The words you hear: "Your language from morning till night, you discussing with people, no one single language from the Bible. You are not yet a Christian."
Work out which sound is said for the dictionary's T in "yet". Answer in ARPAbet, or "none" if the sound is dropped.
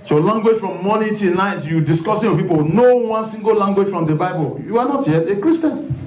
none